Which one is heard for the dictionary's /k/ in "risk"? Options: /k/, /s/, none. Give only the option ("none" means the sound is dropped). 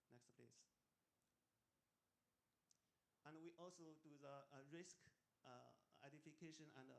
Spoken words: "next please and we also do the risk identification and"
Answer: /k/